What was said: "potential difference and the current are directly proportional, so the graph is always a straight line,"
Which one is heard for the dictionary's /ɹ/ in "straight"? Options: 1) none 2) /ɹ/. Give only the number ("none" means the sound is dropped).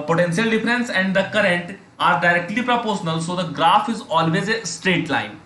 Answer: 2